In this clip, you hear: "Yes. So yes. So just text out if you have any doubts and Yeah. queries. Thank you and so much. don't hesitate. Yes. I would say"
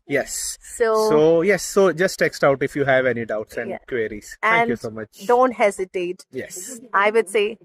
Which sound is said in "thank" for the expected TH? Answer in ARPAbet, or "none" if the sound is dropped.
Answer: T